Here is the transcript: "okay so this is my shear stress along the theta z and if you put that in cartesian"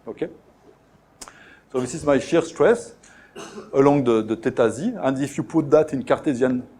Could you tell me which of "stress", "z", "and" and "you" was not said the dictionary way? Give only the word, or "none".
none